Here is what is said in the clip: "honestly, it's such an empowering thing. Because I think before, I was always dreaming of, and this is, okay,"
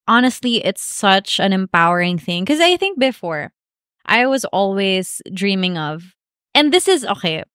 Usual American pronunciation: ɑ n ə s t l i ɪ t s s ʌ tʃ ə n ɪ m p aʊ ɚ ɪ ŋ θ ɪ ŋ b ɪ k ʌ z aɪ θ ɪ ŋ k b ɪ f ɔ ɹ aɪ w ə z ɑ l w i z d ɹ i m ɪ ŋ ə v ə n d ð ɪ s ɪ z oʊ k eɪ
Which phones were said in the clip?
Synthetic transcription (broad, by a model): ɑ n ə s t l i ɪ t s s ʌ tʃ ə n ɪ m p aʊ ɚ ɪ ŋ θ ɪ ŋ k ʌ z aɪ θ ɪ ŋ k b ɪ f ɔ ɹ aɪ w ə z ɑ l w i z d ɹ i m ɪ ŋ ə v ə n ð ɪ s ɪ z oʊ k eɪ